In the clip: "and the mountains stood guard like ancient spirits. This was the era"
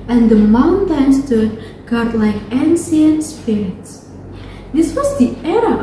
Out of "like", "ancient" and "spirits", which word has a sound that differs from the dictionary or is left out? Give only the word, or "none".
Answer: ancient